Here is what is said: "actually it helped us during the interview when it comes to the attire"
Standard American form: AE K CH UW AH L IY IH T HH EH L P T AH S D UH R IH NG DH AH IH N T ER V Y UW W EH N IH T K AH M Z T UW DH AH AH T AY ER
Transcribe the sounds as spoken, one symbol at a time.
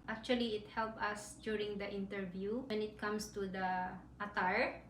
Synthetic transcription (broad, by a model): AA K CH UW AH L IY IH T HH EH L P AH S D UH R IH NG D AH IH N T ER V Y UW W EH N IH T K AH M S T UW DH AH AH T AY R